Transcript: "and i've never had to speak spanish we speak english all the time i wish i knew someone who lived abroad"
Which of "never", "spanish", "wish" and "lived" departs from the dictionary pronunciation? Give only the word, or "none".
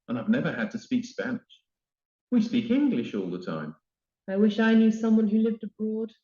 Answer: none